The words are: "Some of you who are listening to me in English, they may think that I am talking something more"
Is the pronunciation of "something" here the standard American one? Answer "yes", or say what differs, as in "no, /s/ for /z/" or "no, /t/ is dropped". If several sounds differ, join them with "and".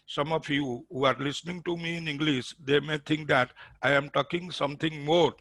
no, /t/ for /θ/